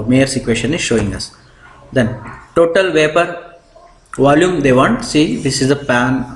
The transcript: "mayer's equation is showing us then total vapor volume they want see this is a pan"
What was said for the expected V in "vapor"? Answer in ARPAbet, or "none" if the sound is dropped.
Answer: V